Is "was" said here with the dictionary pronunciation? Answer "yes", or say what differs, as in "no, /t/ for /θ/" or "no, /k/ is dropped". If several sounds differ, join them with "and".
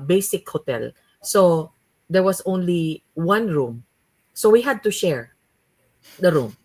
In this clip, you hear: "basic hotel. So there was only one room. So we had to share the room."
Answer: no, /s/ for /z/